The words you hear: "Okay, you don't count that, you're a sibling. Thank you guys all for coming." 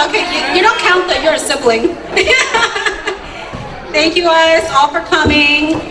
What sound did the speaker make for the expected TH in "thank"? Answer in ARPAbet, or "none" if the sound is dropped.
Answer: TH